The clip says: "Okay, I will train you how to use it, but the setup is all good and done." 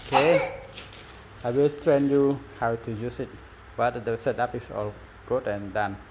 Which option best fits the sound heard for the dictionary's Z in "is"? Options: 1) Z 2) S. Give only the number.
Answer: 2